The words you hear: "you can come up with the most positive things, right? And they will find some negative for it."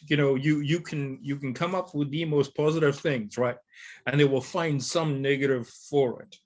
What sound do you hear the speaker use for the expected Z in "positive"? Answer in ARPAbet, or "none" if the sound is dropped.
Z